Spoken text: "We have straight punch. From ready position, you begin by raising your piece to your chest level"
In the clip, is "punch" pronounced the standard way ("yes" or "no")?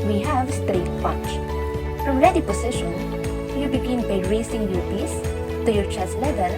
no